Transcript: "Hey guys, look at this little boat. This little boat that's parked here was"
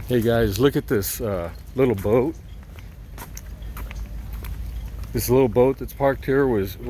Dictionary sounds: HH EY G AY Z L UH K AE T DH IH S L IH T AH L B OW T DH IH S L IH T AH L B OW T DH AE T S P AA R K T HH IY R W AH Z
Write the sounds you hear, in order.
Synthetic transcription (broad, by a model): HH EY G AY Z L UH K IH T DH IH S L IH T L B OW T DH IH S L IH T L B OW T DH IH T S P AA R K T HH IY R W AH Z